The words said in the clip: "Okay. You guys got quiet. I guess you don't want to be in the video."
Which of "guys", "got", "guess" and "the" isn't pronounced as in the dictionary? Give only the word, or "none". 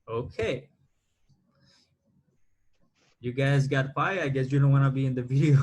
none